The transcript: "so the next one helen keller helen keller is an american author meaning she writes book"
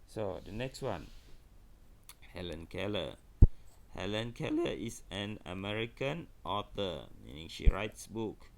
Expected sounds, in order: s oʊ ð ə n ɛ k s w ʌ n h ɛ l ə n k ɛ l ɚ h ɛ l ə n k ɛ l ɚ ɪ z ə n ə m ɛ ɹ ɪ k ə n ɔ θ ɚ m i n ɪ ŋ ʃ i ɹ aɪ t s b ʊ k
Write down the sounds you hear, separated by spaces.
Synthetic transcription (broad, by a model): s oʊ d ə n ɛ k s w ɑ n h ɛ l ə n k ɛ l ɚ h ɛ l ə n k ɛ l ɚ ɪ s ə n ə m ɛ ɹ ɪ k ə n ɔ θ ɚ m i n ɪ ŋ ʃ i ɹ aɪ t s b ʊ k